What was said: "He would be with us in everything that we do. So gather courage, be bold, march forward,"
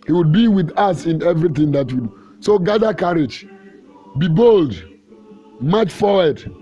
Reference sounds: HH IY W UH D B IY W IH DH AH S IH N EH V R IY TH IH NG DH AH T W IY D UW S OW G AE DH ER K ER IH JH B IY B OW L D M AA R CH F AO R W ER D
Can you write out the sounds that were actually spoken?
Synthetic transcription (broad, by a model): HH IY W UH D B IY W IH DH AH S IH N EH V R IY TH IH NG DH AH T W IY D UW S OW G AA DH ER K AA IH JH B IY B OW L D M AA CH F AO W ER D